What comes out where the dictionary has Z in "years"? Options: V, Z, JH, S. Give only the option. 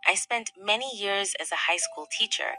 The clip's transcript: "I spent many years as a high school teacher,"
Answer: Z